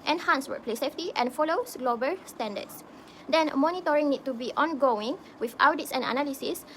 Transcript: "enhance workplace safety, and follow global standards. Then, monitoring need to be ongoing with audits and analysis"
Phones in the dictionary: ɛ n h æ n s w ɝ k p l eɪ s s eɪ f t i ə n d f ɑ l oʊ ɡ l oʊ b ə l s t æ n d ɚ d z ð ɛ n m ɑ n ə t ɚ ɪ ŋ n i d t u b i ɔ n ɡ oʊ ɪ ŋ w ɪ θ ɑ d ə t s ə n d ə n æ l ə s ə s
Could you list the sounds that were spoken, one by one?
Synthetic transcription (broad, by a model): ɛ n h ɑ n s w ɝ p l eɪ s s eɪ f t i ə n f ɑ l oʊ ɡ l oʊ b ə l s t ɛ n d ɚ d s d ɛ n m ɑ n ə t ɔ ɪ ŋ n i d t u b i ɔ n ɡ oʊ ɪ ŋ w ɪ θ ɑ d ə t s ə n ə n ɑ l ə s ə s